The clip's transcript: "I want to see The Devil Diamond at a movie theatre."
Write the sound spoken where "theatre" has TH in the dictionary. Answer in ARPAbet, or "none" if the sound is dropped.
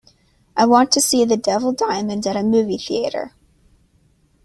TH